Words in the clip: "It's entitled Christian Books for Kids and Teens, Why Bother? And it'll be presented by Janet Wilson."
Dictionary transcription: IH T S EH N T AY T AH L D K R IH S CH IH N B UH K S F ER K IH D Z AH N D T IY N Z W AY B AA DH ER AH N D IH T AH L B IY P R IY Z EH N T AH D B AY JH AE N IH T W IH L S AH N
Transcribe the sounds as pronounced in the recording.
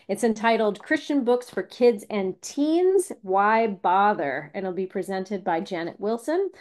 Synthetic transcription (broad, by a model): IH T S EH N T AY T L D K R IH S CH IH N B UH K S F ER K IH D Z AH N T IY N Z W AY B AA DH ER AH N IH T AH L B IY P R IY Z EH N T AH D B AY JH AE N IH T W IH L S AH N